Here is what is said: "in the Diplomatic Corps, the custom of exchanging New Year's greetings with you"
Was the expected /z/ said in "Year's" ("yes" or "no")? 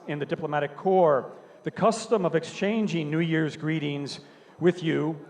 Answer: yes